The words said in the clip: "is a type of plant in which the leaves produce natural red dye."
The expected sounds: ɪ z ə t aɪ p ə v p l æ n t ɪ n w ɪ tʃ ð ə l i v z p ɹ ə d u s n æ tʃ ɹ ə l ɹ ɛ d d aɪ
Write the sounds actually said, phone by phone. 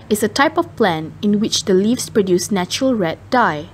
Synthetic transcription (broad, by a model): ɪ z ə t aɪ p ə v p l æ n ɪ n w ɪ tʃ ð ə l i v s p ɹ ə d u s n æ tʃ ɹ ə l ɹ ɛ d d aɪ